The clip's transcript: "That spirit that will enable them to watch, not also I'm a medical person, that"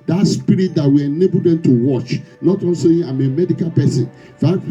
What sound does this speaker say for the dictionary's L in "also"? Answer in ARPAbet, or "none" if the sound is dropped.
N